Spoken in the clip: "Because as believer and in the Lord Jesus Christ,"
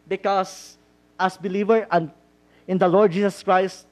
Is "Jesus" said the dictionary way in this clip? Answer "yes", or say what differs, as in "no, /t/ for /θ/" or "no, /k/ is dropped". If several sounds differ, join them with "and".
no, /s/ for /z/